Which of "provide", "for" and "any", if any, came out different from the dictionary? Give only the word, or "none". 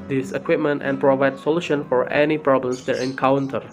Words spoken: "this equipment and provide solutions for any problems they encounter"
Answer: none